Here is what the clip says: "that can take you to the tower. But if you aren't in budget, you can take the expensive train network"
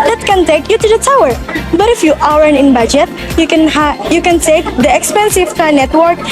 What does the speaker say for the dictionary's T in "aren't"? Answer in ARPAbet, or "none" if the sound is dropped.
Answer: none